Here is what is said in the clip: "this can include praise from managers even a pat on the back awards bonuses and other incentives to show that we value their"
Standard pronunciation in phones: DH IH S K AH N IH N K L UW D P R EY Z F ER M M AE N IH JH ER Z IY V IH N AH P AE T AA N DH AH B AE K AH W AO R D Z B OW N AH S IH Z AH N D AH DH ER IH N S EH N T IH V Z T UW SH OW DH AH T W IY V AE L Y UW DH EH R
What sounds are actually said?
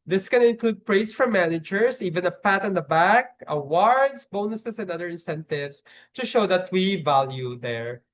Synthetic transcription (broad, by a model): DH IH S K AH N IH N K L UW D P R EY S F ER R M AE N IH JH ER S IY V IH N AH P AE T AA N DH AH B AE K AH W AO R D S B OW N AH S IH S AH N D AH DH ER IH N S EH N T IH V S T UW SH OW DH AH T W IY V AE L Y UW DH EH R